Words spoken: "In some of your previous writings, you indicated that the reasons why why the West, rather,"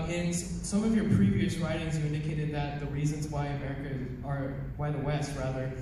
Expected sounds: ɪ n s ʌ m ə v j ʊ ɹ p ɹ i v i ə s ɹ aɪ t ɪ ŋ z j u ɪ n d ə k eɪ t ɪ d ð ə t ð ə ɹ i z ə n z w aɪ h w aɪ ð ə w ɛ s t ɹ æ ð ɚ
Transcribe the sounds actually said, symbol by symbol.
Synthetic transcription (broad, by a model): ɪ n s ʌ m ə v j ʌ ɹ p ɹ i v i ə s ɹ aɪ t ɪ ŋ z j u ɪ n d ə k eɪ t ɪ d ð ə t ð ə ɹ i z ə n z w aɪ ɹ w aɪ ð ə w ɛ s t ɹ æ ð ɚ